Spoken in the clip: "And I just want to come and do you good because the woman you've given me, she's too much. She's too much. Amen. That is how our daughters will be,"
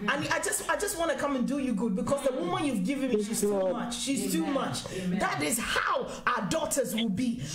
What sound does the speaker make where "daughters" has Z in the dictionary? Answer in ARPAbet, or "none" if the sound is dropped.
Z